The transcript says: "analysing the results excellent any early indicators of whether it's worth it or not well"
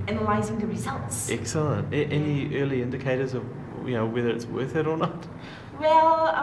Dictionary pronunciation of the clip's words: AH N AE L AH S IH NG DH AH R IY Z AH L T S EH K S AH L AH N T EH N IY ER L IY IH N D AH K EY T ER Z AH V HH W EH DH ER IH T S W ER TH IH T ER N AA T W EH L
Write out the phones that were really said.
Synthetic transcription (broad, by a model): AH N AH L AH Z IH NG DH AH R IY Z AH L T S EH K S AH L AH N T EH N IY ER L IY IH N D AH K EY T ER Z AH V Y W EH DH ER IH T S W ER TH IH T ER N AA T W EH L